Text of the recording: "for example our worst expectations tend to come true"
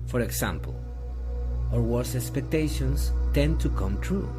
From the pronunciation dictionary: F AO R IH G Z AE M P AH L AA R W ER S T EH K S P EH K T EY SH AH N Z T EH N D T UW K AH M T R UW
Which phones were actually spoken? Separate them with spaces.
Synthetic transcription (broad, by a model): F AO R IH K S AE M P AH L AA R W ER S EH K S P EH K T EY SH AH N S T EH N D T UW K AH M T R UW